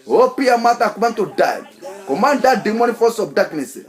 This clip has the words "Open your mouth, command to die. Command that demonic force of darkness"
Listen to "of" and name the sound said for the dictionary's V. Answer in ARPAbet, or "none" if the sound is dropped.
B